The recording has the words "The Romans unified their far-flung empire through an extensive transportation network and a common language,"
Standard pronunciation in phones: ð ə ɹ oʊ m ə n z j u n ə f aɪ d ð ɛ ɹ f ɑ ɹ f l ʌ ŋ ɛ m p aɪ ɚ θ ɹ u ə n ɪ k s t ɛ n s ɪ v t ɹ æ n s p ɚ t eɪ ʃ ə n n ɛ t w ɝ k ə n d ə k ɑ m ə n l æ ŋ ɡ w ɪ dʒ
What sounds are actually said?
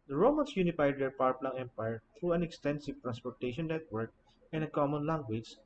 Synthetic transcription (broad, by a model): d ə ɹ oʊ m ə n s j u n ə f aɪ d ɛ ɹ p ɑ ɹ p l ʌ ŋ ɛ m p aɪ ɚ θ ɹ u ə n ɪ k s t ɛ n s ɪ v t ɹ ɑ n s p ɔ t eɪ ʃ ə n n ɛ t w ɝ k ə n ə k ɑ m ə n l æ ŋ ɡ w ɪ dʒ